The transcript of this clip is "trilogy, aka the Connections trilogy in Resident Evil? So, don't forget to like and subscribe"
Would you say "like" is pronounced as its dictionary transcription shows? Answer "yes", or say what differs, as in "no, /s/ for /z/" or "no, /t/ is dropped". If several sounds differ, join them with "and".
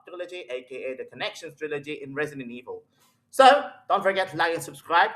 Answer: no, /k/ is dropped